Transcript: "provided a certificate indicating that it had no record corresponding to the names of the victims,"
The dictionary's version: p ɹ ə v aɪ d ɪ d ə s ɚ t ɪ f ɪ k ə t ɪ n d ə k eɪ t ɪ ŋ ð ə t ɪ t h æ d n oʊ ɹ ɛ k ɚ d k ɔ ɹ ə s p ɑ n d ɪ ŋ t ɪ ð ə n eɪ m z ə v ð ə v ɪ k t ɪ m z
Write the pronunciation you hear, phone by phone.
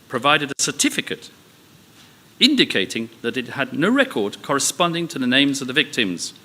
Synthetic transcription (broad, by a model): p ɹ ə v aɪ d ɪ d ə s ɚ t ɪ f ɪ k ə t ɪ n d ə k eɪ t ɪ ŋ ð ə t ɪ t h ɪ d n oʊ ɹ ɛ k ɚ d k ɔ ɹ ə s p ɑ n d ɪ ŋ t ɪ ð ə n eɪ m z ə v ð ə v ɪ k t ɪ m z